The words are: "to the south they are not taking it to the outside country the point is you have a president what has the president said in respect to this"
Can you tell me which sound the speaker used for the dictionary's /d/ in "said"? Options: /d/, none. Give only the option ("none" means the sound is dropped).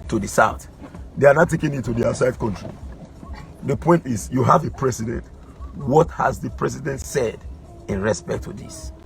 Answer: /d/